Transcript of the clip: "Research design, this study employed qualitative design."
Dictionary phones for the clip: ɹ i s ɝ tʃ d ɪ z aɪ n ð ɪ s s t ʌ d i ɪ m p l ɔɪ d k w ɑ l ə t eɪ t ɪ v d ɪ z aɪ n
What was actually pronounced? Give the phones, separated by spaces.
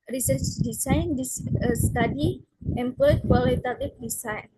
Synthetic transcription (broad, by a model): ɹ i s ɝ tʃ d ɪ s aɪ n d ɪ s s t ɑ d i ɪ m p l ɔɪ k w ɑ l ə t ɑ t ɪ f d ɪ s aɪ n